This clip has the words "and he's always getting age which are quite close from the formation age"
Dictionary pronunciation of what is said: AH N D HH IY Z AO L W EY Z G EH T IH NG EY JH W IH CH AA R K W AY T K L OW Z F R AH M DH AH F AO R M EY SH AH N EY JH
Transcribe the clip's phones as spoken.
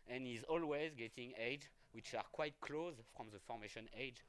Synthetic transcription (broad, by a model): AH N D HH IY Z AO L W EY Z G EH T IH NG EY JH W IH CH AA R K W AY T K L OW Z F R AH M DH AH F AO R M EY SH AH N EY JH